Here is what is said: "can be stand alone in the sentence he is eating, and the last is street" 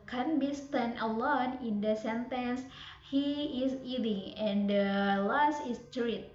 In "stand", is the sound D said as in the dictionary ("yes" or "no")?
no